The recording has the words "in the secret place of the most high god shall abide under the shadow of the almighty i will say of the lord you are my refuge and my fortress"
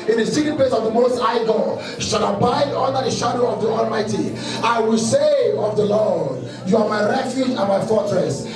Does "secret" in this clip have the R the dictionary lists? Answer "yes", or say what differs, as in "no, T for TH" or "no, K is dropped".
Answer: no, R is dropped